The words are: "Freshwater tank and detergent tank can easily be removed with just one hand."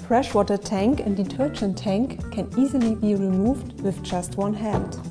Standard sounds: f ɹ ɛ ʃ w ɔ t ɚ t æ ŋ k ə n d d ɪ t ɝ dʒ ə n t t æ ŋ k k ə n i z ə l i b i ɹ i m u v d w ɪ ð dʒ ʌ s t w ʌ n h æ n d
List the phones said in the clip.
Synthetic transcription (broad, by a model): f ɹ ɛ ʃ w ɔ t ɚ t æ ŋ k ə n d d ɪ t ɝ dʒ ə n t t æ ŋ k k ə n i z ə l i b i ɹ i m u v d w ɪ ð dʒ ʌ s t w ʌ n h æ n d